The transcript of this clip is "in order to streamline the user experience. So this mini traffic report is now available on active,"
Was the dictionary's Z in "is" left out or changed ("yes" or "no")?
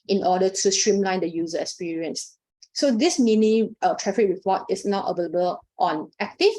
yes